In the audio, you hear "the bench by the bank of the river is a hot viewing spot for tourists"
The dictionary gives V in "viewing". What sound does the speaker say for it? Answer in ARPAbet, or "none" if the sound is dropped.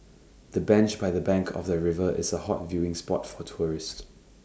V